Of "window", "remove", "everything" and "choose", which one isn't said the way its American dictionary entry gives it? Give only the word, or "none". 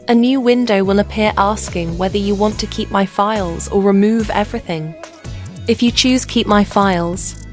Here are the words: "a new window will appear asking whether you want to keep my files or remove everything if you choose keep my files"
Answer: none